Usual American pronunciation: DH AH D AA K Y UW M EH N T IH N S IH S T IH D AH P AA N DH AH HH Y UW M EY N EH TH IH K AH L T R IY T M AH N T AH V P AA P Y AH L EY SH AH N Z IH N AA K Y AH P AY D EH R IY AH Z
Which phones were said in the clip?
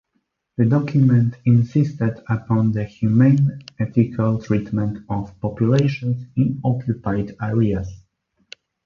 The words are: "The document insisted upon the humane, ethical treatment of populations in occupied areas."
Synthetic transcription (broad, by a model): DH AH D AA K Y UW M EH N T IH N S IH S T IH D AH P AA N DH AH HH Y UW M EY N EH T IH K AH L T R IY T M AH N T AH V P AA P Y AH L EY SH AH N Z IH N AA K Y AH P AY D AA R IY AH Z